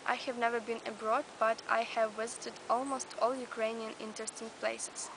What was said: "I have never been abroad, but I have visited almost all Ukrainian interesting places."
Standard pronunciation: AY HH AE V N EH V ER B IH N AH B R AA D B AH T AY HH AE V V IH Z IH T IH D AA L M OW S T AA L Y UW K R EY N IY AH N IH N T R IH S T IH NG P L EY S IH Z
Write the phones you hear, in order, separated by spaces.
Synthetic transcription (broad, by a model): AY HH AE V N EH V ER B IH N AH B R AA D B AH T AY HH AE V V IH Z IH T IH D AA L M OW S T AA L Y UW K R EY N IY AH N IH N T R IH S T IH NG P L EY S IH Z